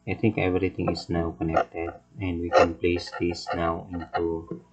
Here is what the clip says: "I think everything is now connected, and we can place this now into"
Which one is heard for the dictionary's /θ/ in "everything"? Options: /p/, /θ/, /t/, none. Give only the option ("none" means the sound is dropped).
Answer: /t/